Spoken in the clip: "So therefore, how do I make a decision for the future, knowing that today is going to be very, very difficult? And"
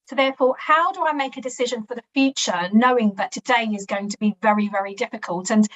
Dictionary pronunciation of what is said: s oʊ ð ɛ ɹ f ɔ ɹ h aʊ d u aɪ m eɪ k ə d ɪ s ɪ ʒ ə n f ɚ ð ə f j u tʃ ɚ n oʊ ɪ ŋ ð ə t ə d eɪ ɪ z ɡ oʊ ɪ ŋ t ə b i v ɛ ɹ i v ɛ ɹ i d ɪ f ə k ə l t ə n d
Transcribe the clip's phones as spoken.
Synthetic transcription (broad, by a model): s oʊ ð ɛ f ɔ h aʊ d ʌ aɪ m eɪ k ə d ɪ s ɪ ʒ ə n f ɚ ð ə f j u tʃ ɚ n oʊ ɪ ŋ ð ə t ə d eɪ ɪ z ɡ oʊ ɪ ŋ t ə b i v ɛ ɹ i v ɛ ɹ i d ɪ f ə k ə l t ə n